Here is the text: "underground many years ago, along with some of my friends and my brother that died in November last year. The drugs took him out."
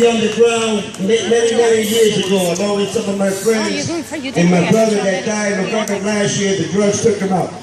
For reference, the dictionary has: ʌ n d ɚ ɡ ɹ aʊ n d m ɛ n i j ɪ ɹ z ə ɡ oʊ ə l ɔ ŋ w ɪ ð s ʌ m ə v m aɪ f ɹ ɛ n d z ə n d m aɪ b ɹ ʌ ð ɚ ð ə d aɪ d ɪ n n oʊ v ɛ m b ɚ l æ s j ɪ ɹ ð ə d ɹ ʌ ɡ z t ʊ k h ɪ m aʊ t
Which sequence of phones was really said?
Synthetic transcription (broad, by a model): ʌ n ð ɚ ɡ ɹ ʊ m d m ɛ n i j ɪ ɹ z ə ɡ oʊ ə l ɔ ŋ w ɪ ð s ʌ m ə v m aɪ f ɹ ɛ n d z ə n m aɪ b ɹ ʌ ð ɚ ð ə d aɪ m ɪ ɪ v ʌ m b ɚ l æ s j ɪ ɹ ð ə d ɹ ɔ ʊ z t ʊ k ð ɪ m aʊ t